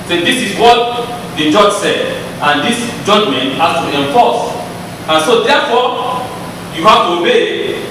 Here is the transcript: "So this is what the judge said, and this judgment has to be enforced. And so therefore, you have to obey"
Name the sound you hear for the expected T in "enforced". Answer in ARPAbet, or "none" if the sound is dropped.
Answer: none